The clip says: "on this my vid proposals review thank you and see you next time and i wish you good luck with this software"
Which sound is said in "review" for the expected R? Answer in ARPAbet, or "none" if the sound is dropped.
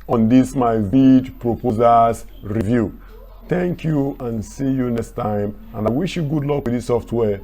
R